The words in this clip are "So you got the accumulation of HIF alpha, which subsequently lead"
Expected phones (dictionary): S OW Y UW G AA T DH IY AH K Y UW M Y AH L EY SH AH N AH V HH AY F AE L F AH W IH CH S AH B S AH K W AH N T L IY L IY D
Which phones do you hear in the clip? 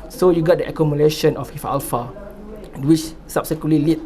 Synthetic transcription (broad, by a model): S OW Y UW G AA T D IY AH K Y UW M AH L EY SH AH N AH F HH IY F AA L F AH W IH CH S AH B S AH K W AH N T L IY L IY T